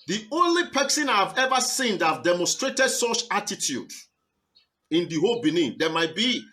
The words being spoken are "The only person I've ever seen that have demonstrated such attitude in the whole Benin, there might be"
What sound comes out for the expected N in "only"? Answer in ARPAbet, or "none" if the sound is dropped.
N